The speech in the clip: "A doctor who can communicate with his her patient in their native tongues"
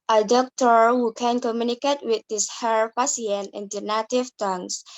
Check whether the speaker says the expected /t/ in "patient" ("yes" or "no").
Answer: no